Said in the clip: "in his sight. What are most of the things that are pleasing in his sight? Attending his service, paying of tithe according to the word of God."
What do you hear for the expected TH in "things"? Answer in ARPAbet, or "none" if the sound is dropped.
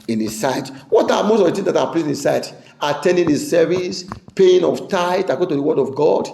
T